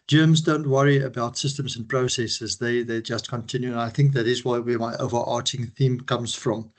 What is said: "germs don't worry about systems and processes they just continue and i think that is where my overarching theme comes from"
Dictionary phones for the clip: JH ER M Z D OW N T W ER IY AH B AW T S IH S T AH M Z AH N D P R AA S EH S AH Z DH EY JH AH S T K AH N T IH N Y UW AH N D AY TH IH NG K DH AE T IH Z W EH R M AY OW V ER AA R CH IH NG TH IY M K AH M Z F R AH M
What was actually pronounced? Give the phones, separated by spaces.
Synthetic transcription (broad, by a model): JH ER M Z D OW N T W ER IY AH B AW T S IH S T AH M Z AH N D P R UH S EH S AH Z DH EY JH AH S T K AH N T IH N Y UW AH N AY TH IH NG K DH AE T IH Z W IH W M AY OW V ER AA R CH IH NG TH IY M K AH M Z F R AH M